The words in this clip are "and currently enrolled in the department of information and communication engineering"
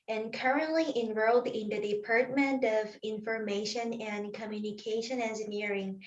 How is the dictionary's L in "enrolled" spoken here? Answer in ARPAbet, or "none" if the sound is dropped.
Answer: L